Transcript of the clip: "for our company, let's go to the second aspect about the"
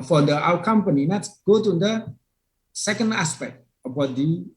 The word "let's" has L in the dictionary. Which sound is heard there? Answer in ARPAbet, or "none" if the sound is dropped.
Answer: N